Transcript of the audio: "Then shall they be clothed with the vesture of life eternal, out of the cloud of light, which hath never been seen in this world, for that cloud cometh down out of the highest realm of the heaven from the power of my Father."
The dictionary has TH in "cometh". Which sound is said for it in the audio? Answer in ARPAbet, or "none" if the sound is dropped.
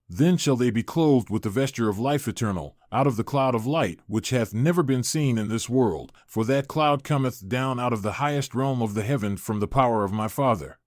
TH